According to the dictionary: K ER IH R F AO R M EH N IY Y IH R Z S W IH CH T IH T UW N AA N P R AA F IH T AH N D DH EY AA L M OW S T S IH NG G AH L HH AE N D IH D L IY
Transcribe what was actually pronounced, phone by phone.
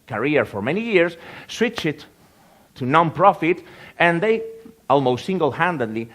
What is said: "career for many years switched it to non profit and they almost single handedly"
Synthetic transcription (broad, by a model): K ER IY R F AO R M EH N IY Y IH R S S W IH CH IH T UW N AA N P R AA F IH T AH N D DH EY AA L M OW S T S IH NG G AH L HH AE N D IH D L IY